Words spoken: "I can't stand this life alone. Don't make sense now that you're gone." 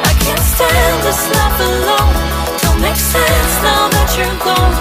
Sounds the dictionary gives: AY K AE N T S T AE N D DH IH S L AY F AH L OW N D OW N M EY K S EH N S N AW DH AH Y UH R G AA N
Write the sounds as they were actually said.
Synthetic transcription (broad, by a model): AY K AE N T S T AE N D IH S L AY P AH L OW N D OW L M EY K S EH N S N AW DH AH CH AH R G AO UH